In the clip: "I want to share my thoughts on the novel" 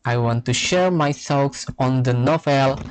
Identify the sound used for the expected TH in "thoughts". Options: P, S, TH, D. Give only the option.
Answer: S